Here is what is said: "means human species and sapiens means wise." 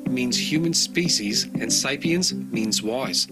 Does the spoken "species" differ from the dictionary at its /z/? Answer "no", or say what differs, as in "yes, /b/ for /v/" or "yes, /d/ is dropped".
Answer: no